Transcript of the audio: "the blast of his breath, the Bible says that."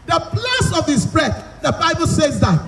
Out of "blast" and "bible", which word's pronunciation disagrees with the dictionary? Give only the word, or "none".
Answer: blast